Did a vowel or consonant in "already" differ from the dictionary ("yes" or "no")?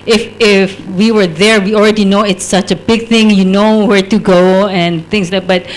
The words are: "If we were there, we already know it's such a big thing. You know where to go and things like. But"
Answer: no